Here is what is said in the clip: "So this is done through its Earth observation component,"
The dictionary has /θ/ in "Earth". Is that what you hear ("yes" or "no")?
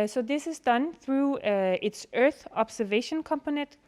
yes